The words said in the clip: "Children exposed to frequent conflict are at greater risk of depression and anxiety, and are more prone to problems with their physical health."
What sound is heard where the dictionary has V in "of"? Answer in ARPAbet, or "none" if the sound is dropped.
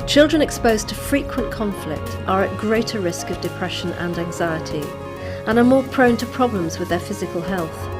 V